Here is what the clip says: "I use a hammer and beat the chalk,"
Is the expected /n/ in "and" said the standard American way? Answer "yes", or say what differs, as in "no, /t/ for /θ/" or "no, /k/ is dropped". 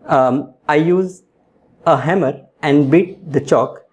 yes